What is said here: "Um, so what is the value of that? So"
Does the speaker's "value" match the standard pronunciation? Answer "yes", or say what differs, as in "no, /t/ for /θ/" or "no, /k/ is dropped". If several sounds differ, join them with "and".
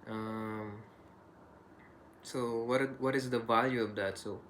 yes